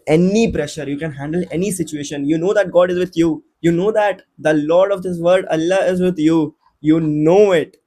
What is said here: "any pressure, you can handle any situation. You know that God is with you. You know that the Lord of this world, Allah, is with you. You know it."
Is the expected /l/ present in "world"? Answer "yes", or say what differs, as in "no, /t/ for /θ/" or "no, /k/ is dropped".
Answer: no, /l/ is dropped